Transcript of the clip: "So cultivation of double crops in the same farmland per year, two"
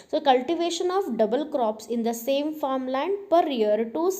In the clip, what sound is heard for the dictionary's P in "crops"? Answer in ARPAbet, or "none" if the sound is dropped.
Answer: P